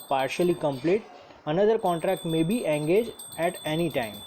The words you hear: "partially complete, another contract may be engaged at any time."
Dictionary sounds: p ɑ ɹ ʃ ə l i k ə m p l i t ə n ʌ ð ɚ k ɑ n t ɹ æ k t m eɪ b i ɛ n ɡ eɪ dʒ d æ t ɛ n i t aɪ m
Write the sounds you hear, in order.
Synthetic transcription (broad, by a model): p ɑ ɹ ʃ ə l i k ə m p l i t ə n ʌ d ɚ k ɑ n t ɹ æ k t m eɪ b i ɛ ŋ ɡ eɪ dʒ æ t ɛ n i t aɪ m